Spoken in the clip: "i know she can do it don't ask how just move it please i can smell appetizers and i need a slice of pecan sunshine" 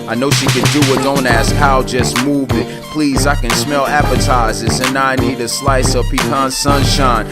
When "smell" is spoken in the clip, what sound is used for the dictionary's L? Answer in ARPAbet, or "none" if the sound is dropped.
L